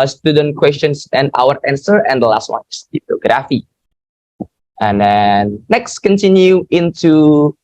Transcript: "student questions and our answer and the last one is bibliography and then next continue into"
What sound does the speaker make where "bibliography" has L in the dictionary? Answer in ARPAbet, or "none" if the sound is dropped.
none